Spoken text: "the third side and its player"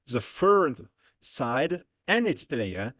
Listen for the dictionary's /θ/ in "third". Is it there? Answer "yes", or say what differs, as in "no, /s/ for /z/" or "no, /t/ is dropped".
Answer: no, /f/ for /θ/